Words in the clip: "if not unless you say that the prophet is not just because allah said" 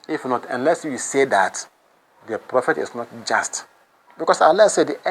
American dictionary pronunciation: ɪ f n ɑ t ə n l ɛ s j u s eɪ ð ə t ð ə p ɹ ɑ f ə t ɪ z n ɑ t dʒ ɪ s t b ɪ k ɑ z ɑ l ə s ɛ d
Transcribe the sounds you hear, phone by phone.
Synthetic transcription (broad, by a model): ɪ f n ɑ t ə n l ɛ s j u s eɪ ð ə t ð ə p ɹ ɑ f ə t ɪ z n ɑ t dʒ ɪ s t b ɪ k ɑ s ɑ l ə s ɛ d